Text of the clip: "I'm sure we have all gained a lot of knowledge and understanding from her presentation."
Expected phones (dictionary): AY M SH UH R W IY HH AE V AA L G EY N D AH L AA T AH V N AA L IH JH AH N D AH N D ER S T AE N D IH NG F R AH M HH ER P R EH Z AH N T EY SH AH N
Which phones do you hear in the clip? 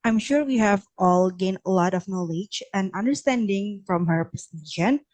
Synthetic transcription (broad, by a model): AY M SH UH R W IY HH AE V AA L G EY N AH L AA T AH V N AA L IH JH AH N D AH N D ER S T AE N D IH NG F R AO M HH ER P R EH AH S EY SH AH N